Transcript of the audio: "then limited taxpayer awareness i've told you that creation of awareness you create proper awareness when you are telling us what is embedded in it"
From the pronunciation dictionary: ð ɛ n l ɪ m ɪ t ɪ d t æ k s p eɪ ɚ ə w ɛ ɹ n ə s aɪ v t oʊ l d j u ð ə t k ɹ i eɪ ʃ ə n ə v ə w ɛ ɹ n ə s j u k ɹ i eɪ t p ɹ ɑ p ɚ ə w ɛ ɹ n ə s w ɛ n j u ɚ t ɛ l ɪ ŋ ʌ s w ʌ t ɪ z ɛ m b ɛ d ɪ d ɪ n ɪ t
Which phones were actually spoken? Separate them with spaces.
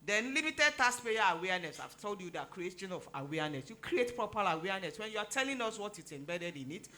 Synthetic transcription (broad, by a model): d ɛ n l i m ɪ t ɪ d t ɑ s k p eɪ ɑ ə w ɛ n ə s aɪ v t oʊ l d j u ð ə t k ɹ i eɪ ʃ ə n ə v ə w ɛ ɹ n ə s j u k ɹ i eɪ t p ɹ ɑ p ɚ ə w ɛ n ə s w ɛ n j u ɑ t ɛ l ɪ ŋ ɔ s w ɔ t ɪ s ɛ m b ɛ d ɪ d ɪ n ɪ t